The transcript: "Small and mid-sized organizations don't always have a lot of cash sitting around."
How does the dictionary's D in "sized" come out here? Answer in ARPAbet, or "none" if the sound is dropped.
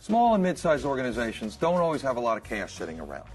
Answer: none